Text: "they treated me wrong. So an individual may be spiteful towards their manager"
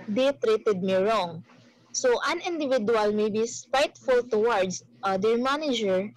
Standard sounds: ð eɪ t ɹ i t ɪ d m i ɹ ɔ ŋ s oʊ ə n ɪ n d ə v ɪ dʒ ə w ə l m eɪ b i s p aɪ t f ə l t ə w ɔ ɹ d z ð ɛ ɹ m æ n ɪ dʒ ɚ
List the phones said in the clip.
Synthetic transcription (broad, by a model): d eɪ t ɹ i t ɪ d m i ɹ ɔ ŋ s oʊ ə n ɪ n d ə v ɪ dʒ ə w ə l m eɪ b i s p aɪ t f ə l t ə w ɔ ɹ d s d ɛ ɹ m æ n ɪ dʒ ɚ